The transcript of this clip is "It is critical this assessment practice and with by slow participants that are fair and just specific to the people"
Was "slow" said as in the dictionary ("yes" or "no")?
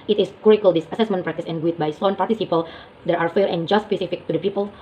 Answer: no